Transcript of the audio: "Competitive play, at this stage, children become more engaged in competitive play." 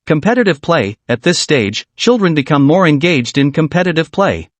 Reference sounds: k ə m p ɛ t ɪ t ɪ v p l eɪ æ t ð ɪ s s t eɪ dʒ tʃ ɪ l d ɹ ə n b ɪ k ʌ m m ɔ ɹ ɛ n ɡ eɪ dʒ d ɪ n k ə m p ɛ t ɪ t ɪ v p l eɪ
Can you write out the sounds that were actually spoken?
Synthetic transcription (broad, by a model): k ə m p ɛ t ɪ t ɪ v p l eɪ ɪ t ð ɪ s s t eɪ dʒ tʃ ɪ l d ɹ ə n b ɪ k ʌ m m ɔ ɹ ɛ n ɡ eɪ dʒ d ɪ n k ə m p ɛ t ɪ t ɪ v p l eɪ